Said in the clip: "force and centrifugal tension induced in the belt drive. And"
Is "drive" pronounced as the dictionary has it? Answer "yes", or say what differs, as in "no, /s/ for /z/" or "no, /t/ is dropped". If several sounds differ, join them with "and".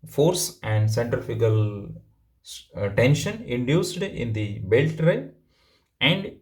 no, /v/ is dropped